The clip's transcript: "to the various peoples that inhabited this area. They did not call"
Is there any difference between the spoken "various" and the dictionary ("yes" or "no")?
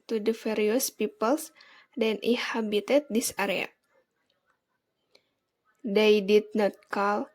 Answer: yes